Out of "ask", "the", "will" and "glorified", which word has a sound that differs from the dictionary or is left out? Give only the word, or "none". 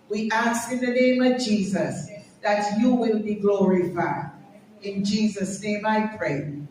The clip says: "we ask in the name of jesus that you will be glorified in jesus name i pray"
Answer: glorified